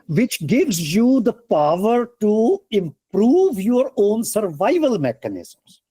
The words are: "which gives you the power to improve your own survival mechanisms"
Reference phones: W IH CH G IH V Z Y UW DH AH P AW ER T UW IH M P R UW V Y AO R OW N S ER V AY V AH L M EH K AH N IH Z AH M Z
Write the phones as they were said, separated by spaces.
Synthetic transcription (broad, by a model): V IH CH G IH V Z Y UW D AH P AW ER T UW IH M P R UW V Y AO R OW N S ER V AY V AH L M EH K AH N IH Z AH M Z